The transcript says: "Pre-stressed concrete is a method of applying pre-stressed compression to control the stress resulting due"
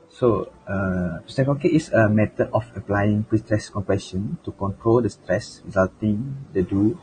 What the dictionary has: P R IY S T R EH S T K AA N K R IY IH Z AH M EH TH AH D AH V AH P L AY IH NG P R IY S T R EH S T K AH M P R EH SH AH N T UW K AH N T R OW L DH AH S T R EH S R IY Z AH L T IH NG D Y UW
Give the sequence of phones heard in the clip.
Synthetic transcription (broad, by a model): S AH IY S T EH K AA K IY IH S AH M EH T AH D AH F AH P L AY IH NG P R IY S T R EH S K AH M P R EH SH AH N T UW K AH N T R OW L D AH S T R EH S R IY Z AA L T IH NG D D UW